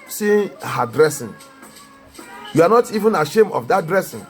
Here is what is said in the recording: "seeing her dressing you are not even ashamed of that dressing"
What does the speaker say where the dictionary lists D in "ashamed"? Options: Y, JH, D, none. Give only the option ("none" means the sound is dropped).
none